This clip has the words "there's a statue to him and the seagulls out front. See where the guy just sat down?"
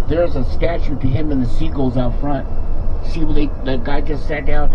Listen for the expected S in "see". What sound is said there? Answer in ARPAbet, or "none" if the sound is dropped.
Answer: SH